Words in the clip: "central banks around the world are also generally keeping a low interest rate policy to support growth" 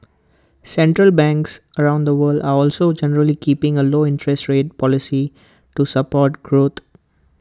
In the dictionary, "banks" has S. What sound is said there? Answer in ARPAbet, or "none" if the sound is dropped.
S